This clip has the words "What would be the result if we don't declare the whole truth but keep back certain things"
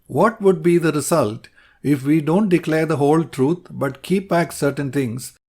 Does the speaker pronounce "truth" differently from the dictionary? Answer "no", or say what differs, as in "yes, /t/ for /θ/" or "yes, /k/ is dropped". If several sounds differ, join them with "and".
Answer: yes, /t/ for /θ/